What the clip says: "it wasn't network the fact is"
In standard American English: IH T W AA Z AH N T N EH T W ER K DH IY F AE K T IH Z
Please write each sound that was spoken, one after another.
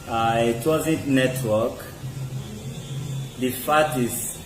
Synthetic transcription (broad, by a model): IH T W AA Z AH N T N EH T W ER K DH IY F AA T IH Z